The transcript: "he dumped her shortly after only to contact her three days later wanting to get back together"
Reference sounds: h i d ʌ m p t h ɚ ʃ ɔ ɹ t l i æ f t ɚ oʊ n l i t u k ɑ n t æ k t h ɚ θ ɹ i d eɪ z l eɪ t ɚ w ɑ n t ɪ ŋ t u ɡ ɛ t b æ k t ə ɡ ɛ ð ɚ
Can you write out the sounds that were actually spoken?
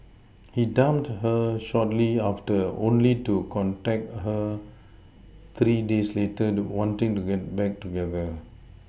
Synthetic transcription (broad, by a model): h i d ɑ m t h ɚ ʃ ɔ t l i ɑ f t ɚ oʊ n l i t u k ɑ n t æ k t h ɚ t ɹ i d eɪ s l eɪ t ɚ w ɑ n t ɪ ŋ t u ɡ ɛ t b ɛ k t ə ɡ ɛ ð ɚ